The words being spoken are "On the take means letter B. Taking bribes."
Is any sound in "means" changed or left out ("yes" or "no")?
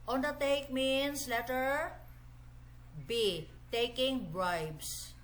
yes